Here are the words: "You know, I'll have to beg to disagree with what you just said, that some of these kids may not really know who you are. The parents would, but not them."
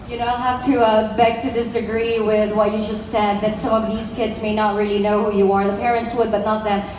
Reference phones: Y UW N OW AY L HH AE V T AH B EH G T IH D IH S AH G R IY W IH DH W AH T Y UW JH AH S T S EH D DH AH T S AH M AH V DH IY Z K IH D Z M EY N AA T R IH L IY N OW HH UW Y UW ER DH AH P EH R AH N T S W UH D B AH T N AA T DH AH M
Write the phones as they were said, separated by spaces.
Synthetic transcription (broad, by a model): Y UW N OW AY L HH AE F T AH B EH G T IH D IH S AH G R IY W IH DH W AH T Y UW JH AH S T S EH D DH AH T S AH M AH V DH IY Z K IH D Z M EY N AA T R IH L IY N OW HH UW Y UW ER DH AH P EH R AH N T S W UH D B AH T N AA T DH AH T